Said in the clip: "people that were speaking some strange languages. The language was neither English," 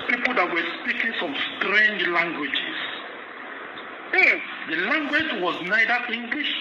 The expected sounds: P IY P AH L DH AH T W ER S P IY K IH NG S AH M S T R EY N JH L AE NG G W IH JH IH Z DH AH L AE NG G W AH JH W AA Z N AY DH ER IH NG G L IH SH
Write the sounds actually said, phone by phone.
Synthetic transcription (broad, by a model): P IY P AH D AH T W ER S P IY K IH NG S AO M S T R EY N JH L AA NG G W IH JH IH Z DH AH L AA NG G W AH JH W AA Z N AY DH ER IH NG G L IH SH